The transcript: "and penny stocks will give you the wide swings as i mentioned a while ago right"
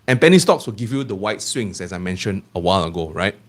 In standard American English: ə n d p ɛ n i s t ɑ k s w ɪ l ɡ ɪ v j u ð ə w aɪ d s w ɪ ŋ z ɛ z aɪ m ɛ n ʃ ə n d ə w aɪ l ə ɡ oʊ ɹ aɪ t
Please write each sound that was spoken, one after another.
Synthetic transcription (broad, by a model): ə n p ɛ n i s t ɑ k s w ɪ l ɡ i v j u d ə w aɪ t s w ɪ ŋ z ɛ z aɪ m ɛ n ʃ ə n ə w aɪ l ə ɡ oʊ ɹ aɪ t